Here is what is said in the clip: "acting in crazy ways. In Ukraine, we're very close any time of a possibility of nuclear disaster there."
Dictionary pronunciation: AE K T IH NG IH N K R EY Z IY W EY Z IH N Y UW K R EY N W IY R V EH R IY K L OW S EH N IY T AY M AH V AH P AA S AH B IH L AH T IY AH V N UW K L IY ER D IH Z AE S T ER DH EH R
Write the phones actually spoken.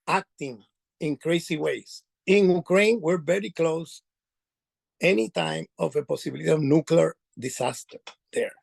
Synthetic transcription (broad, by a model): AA K T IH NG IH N K R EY S IY W EY S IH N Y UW K R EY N W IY R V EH R IY K L OW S EH N IY T AY M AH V AH P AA S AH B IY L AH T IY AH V N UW K L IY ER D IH S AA S T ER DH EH R